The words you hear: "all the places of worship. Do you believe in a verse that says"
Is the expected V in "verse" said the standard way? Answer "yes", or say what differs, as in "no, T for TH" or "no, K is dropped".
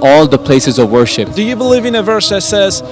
yes